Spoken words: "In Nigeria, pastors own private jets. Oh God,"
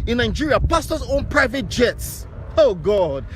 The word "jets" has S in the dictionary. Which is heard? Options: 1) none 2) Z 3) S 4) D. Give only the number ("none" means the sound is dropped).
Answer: 3